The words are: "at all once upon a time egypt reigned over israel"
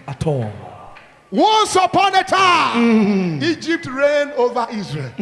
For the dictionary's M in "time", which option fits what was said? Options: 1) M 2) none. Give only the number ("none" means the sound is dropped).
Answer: 2